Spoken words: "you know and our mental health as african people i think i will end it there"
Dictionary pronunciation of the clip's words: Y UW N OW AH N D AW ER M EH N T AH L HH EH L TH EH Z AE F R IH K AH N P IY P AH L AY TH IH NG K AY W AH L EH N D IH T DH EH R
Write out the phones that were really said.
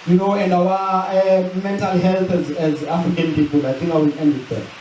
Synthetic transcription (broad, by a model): Y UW N OW AH N D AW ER M EH N T AH L HH EH L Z EH Z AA F R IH K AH N P IY P AH L AY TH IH NG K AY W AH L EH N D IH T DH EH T